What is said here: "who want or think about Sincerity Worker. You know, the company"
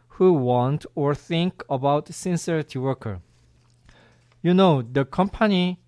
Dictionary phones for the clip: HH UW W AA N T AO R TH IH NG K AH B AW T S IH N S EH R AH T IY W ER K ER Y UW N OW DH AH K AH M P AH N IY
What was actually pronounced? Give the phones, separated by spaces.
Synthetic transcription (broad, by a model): HH UW W AA N T AO R TH IH NG K AH B AW T S IH N S EH R AH T IY W ER K ER Y UW N OW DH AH K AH M P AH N IY